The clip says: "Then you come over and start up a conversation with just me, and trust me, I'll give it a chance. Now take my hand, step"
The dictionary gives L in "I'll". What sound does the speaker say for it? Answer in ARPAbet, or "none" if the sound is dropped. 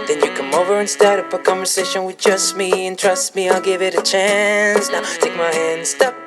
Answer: L